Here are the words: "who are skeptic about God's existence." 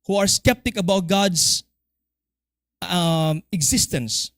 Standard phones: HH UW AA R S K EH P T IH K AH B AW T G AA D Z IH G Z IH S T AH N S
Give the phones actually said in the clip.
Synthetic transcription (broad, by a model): HH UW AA R S K EH P T IH K AH B AW T G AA D S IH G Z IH S T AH N S